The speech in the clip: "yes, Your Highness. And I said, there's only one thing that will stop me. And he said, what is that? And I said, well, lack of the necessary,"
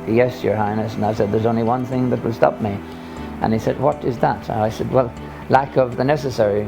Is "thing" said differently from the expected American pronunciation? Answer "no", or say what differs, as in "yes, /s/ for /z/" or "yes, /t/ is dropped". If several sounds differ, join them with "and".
no